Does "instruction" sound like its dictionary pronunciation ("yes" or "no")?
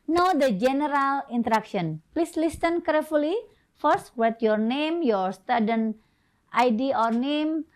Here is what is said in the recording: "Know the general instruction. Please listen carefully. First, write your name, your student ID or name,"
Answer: no